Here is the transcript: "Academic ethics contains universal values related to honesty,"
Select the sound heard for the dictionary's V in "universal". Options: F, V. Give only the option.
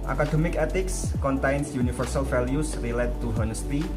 F